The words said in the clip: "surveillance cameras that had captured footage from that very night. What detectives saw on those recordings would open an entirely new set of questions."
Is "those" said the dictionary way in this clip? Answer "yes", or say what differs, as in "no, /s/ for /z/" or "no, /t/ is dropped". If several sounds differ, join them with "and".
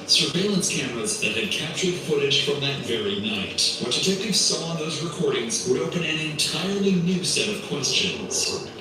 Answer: yes